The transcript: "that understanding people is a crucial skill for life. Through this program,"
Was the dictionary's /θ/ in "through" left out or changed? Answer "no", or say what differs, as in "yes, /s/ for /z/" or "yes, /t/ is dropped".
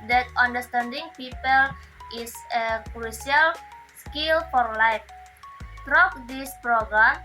yes, /t/ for /θ/